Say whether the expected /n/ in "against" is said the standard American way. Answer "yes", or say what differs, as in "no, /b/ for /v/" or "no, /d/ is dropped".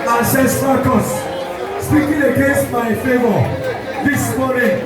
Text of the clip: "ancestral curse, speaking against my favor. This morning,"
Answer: no, /n/ is dropped